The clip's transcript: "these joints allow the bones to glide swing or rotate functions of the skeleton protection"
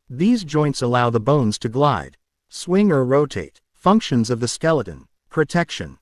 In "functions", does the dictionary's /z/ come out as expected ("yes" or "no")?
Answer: yes